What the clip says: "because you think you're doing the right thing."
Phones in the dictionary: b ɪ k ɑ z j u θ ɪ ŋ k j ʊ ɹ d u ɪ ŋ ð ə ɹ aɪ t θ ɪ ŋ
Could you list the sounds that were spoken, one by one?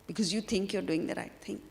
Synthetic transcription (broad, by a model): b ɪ k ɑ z j u t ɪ ŋ k j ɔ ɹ d u ɪ ŋ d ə ɹ aɪ t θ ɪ ŋ